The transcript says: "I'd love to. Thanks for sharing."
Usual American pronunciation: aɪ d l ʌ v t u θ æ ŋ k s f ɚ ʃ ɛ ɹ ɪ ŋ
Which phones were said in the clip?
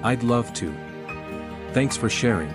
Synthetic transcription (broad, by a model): aɪ d l ʌ v t u θ æ ŋ k s f ɚ ʃ ɛ ɹ ɪ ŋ